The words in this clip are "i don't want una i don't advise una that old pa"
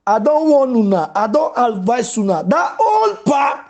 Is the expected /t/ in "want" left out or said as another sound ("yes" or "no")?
yes